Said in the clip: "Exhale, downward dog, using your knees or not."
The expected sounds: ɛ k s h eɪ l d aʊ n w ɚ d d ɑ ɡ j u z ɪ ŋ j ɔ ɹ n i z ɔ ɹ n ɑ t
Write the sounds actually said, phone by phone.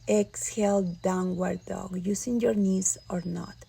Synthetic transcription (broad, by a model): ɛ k s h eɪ l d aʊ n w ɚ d d ɑ ɡ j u s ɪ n j ɔ ɹ n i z ɔ ɹ n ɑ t